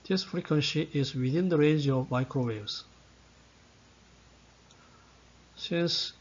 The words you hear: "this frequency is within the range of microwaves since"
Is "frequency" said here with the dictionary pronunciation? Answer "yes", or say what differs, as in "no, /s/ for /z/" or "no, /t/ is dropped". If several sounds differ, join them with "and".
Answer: yes